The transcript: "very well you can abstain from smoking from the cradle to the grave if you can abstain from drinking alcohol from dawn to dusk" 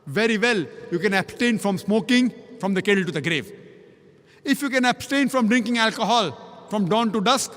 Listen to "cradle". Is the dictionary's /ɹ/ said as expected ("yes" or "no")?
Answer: no